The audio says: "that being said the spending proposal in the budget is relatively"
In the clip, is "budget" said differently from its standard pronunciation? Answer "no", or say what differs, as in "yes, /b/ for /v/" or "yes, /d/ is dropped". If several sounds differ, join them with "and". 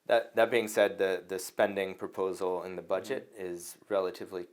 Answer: no